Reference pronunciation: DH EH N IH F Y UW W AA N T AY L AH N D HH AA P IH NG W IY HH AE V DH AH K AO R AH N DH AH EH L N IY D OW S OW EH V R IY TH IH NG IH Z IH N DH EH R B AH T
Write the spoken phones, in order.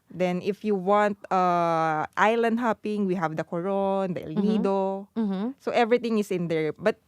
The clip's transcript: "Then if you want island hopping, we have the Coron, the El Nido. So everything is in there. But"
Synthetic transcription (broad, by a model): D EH N IH F Y UW W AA N T AY L AH N D HH AA P IH NG W IY HH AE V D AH K AO R AH N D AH EH L N IY D OW S OW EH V R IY T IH NG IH S IH N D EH R B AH T